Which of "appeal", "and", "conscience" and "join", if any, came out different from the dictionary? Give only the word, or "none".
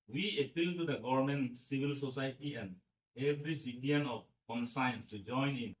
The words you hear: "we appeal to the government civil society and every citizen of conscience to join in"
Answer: conscience